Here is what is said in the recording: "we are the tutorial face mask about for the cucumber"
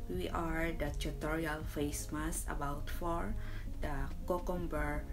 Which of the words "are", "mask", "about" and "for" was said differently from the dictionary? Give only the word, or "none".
mask